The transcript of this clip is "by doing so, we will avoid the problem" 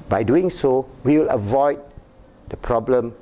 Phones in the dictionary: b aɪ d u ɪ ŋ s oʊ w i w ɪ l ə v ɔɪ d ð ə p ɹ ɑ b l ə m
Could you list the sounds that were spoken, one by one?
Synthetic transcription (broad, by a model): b aɪ d u ɪ ŋ s oʊ w i w ɪ l ə v ɔɪ d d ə p ɹ ɑ b l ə m